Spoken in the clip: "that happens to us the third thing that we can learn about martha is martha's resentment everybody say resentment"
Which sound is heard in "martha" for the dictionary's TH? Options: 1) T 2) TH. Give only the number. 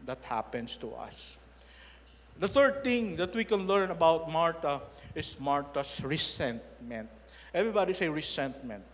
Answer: 1